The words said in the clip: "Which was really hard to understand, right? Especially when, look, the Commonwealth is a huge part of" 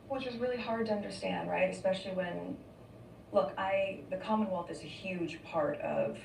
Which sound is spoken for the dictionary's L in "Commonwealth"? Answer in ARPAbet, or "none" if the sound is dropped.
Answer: L